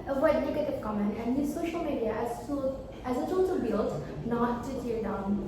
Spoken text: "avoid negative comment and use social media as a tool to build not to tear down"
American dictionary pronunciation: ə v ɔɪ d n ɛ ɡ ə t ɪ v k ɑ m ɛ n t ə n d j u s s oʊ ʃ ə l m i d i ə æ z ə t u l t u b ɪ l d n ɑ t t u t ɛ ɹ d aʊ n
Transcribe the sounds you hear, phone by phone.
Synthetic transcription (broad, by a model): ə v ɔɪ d n ɛ ɡ ə t ɪ v k ɑ m ɛ n t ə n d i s s oʊ ʃ ə l m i d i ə æ z ə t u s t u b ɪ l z n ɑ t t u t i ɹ d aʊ n